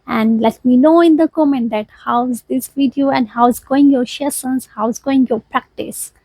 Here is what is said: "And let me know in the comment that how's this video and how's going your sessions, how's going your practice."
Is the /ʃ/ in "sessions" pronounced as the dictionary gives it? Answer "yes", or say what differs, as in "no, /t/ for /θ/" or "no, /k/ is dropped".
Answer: no, /s/ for /ʃ/